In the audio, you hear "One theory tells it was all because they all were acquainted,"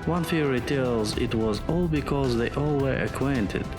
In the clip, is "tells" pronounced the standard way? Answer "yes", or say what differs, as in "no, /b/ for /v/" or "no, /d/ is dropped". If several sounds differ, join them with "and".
yes